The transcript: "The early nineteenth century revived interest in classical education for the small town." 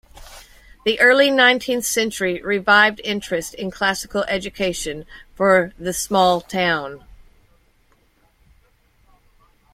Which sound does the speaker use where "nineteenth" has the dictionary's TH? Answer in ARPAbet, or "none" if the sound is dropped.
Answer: TH